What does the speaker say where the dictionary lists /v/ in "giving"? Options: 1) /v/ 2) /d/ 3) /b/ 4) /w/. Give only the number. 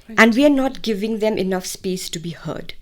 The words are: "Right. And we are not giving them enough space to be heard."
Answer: 1